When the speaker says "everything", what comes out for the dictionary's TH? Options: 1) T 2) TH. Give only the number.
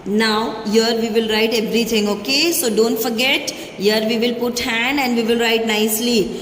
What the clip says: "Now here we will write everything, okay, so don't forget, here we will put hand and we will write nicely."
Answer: 1